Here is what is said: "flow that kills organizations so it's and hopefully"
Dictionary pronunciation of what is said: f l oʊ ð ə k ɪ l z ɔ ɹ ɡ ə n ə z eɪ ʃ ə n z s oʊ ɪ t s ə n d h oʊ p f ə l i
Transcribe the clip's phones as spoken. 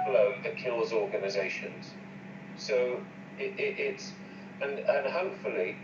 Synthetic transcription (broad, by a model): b l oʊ ð ə k ɪ l z ɔ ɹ ɡ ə n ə z eɪ ʃ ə n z s oʊ ɪ t s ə n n h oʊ p f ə l i